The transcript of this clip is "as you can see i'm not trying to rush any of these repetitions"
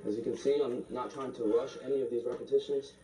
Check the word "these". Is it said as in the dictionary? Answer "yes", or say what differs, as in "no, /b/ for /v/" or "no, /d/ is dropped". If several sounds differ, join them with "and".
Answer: yes